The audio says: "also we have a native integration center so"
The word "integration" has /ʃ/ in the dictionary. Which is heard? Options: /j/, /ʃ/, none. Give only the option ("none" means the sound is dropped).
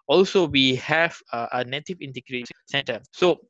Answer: none